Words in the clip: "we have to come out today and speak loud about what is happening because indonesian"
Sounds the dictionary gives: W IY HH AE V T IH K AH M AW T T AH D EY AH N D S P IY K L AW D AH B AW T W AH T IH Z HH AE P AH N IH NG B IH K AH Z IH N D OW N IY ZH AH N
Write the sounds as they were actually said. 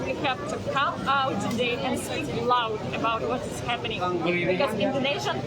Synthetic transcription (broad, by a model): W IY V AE P T IH K AH M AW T T AH D EY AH N S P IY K L AW D AH B AW T W AH T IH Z HH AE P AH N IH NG B IH K AH Z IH N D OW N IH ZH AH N